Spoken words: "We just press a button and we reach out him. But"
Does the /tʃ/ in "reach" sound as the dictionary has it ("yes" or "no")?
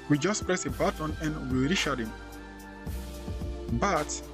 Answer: no